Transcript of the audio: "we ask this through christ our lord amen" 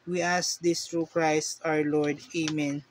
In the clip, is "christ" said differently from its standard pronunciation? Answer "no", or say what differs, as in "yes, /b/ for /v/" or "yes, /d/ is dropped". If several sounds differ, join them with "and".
no